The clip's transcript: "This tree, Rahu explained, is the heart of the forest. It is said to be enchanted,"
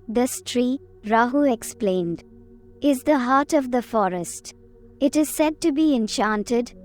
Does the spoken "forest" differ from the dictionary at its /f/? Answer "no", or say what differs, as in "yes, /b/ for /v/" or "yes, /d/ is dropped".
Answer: no